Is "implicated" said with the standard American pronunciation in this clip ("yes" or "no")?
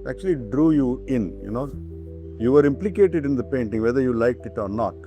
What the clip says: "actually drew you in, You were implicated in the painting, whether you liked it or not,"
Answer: yes